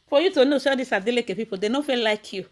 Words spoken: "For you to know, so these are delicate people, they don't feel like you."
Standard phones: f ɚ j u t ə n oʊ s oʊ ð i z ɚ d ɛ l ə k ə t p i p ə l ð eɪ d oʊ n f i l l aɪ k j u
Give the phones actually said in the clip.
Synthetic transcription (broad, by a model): f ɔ j u t ə n oʊ ʃ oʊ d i s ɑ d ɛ l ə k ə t p i p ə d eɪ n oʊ f i l l aɪ k j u